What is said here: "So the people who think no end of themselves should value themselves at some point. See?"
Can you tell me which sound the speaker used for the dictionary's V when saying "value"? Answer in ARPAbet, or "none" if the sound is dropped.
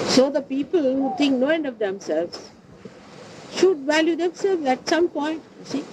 V